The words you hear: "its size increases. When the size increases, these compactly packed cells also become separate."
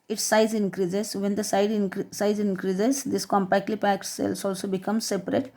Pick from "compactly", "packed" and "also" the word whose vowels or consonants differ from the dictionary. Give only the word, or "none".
none